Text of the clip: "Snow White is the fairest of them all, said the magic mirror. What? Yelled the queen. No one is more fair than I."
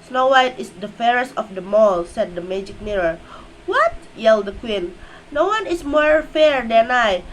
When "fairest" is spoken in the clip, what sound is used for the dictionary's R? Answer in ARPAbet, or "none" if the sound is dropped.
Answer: R